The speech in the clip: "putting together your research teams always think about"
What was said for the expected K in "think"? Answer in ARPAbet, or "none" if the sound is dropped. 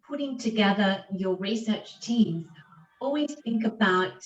K